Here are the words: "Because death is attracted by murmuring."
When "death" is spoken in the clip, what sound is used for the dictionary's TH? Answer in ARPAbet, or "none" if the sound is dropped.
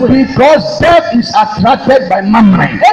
F